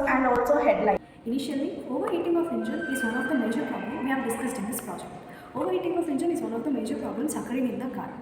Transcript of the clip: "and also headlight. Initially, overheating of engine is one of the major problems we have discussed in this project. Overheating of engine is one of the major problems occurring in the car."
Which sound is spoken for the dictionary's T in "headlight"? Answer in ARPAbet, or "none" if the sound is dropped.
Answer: none